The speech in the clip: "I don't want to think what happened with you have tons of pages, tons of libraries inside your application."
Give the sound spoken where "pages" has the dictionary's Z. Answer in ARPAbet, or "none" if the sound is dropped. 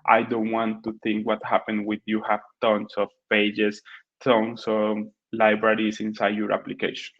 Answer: S